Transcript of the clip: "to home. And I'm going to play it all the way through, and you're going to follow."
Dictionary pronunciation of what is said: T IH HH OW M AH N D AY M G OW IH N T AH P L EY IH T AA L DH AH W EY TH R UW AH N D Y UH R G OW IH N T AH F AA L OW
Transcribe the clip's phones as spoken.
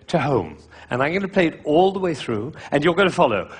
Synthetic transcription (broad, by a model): T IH HH OW M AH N AY M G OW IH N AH P L EY IH T AA L DH AH W EY TH R UW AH N Y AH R G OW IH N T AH F AA L OW